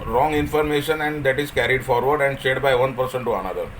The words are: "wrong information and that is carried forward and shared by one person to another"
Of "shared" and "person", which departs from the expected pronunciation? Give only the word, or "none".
shared